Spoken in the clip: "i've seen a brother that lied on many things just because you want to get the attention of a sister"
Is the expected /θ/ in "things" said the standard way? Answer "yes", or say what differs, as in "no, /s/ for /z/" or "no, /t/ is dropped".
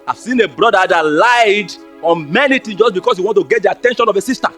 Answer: no, /t/ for /θ/